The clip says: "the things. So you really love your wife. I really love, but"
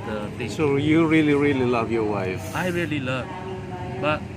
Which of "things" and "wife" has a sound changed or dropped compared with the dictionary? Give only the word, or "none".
things